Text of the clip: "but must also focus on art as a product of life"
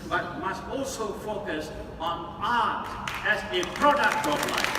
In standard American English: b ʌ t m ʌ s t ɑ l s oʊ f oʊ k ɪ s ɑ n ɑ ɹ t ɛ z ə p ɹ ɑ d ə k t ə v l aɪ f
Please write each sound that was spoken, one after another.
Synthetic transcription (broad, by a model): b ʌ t m ʌ s t ɑ l s oʊ f oʊ k ɪ s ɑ n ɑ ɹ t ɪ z ə p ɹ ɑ d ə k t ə p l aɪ